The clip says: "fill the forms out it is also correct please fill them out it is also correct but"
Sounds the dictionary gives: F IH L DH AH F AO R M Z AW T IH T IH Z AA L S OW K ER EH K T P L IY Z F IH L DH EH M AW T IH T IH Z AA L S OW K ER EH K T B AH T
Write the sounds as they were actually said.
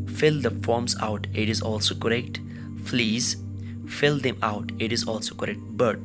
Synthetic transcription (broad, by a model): F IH L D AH F AO R M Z AW T IH T IH Z AA L S OW K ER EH K T F L IY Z F IH L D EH M AW T IH T IH Z AA L S OW K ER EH K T B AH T